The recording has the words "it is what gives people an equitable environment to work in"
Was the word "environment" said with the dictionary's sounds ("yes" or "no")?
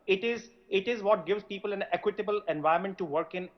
no